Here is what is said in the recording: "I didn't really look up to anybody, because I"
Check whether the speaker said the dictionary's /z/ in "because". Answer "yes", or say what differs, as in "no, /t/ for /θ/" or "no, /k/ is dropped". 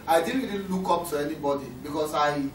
no, /s/ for /z/